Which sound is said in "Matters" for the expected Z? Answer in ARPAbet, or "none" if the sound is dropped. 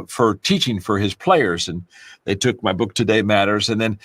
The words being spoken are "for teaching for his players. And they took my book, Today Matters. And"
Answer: Z